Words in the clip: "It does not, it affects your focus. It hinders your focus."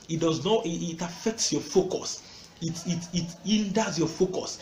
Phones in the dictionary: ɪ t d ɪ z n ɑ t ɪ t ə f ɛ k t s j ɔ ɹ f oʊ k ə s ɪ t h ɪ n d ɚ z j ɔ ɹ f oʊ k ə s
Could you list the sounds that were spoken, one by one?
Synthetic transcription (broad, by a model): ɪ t d ɪ z n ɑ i ɪ t ə f ɛ k t s j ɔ f oʊ k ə s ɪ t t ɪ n d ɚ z j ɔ f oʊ k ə s